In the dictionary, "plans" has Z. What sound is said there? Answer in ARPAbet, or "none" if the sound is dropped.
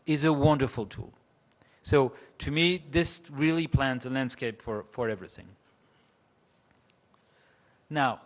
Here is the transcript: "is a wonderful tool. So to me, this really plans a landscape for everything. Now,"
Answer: Z